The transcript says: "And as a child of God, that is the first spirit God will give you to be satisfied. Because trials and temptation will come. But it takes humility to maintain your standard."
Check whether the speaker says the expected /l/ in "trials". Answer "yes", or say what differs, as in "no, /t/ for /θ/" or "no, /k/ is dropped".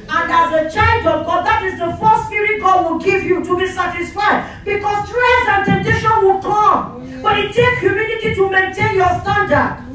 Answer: no, /l/ is dropped